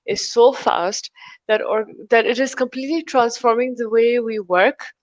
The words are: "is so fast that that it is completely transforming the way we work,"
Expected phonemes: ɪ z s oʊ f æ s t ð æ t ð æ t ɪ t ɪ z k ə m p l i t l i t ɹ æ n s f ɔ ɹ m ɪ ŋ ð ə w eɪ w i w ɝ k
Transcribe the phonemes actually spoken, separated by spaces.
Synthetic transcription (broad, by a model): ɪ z s oʊ f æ s t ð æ t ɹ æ t ɪ t ɪ z k ə m p l i t l i t ɹ æ n s f ɔ ɹ m ɪ ŋ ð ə w eɪ w i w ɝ k